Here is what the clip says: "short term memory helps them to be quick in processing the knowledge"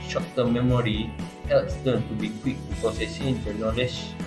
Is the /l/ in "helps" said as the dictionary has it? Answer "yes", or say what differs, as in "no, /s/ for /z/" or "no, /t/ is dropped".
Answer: yes